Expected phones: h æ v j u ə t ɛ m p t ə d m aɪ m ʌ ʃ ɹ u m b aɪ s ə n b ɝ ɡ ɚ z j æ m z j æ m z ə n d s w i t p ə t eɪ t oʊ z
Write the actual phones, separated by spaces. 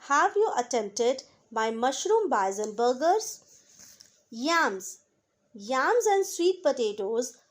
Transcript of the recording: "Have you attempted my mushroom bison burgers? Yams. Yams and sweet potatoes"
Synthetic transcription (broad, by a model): h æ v j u ə t ɛ m p t ə d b aɪ m ʌ ʃ ɹ u m b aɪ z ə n b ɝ ɡ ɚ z j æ m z j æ m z ə n d s w i t p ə t eɪ t oʊ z